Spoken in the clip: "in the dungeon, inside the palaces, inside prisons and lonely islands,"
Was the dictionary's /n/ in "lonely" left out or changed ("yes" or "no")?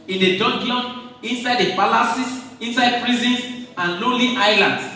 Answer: yes